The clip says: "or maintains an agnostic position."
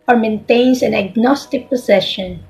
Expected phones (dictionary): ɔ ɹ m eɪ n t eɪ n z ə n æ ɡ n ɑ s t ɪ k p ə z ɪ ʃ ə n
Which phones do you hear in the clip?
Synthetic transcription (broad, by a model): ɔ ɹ m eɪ n t eɪ n s ə n æ ɡ n ɑ s t ɪ k p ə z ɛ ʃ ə n